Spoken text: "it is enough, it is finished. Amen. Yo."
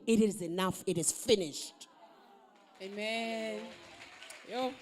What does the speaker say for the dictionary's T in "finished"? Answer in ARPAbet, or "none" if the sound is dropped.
T